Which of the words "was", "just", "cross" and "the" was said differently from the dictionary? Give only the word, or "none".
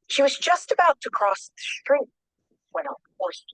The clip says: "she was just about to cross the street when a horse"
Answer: none